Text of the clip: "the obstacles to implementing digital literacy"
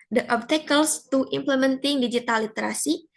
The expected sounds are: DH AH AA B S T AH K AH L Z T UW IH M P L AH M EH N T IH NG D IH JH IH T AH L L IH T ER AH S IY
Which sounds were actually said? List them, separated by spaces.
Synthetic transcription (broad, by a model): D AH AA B T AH K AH L S T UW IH M P L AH M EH N T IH NG D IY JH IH T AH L L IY T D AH S IY